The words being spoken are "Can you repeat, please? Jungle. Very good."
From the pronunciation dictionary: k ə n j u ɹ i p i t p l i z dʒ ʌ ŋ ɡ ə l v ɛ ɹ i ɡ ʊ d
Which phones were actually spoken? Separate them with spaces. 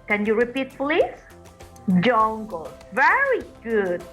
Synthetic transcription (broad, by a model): k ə n j u ɹ i p i t f l i dʒ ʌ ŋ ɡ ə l v ɛ ɹ i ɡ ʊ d